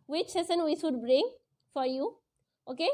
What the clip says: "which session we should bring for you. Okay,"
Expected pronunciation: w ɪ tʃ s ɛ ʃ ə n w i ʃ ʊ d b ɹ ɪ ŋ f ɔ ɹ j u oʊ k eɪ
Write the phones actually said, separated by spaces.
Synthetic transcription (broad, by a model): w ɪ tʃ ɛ s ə n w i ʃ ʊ d b ɹ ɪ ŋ f ɔ ɹ j u oʊ k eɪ